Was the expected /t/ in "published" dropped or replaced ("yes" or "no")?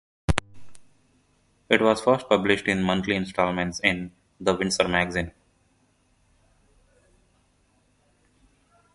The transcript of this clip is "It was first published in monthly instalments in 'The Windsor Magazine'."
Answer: no